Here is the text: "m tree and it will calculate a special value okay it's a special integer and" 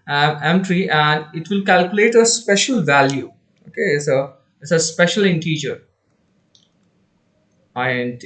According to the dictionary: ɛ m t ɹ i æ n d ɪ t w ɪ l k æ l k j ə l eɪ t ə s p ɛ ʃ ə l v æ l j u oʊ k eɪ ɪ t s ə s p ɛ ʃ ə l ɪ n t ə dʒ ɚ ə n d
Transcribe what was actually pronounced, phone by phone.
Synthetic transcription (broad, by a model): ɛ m t ɹ i æ n d ɪ t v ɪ l k æ l k j ə l eɪ t ə s p ɛ ʃ ə l v æ l j u oʊ k eɪ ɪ s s ə s p ɛ ʃ ə l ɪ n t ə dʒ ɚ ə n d